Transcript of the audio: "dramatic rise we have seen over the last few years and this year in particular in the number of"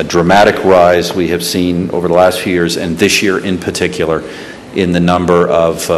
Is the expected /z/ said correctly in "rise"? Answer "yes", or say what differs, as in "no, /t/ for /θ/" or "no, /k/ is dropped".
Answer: yes